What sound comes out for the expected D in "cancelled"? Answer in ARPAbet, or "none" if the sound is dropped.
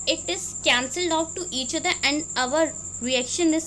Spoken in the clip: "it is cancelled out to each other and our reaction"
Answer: D